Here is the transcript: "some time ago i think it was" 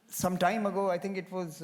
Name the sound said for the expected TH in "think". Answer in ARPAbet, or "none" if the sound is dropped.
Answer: T